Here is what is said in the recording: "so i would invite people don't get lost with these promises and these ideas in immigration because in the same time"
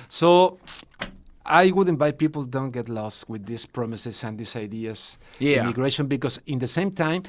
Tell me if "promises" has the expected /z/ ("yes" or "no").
no